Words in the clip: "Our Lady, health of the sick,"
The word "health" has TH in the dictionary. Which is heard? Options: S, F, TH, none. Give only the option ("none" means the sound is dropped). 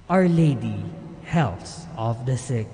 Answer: S